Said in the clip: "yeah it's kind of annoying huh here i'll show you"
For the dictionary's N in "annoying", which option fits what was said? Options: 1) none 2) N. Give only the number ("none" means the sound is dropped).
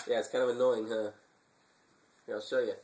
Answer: 2